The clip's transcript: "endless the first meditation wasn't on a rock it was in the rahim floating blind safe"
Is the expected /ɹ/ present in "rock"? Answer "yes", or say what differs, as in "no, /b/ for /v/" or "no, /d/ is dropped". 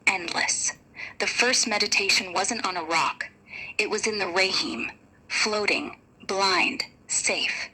yes